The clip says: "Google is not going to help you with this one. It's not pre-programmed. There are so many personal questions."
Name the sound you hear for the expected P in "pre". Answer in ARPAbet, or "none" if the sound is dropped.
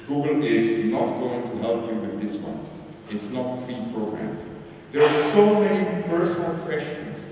F